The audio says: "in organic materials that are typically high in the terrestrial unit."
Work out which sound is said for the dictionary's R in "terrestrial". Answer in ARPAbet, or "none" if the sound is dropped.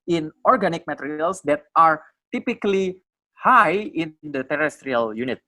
R